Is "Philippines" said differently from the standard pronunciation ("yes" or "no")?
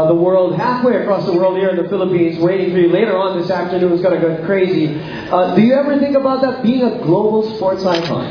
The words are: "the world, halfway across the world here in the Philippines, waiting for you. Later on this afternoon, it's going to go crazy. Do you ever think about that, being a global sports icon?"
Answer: no